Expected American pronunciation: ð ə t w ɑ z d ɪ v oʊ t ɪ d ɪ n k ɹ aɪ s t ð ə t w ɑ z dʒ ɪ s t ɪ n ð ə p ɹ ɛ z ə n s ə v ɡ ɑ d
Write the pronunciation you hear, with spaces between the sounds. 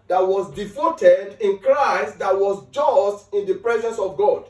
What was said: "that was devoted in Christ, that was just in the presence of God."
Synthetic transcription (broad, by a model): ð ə t w ɑ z d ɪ f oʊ t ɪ d ɪ n k ɹ aɪ s t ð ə t w ɑ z dʒ ɪ s t ɪ n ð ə p ɹ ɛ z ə n s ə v ɡ ɑ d